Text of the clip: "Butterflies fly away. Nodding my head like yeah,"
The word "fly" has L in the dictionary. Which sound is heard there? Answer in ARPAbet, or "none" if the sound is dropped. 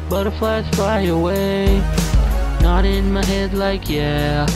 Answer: none